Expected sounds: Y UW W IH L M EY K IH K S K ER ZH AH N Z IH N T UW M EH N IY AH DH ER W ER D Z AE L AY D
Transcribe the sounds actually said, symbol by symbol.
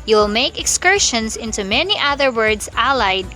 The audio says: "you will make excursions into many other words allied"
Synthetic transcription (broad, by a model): Y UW W IH L M EY K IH K S K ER SH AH N S IH N T UW M EH N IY AH DH ER W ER D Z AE L AY D